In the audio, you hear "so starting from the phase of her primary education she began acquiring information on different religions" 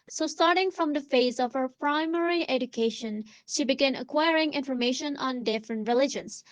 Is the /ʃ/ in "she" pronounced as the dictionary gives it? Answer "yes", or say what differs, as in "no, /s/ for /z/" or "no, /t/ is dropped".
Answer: yes